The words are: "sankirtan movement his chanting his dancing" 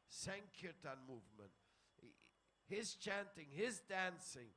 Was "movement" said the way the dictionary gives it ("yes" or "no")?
yes